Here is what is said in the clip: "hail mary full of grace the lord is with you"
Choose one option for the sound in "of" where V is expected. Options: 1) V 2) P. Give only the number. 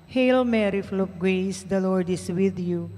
2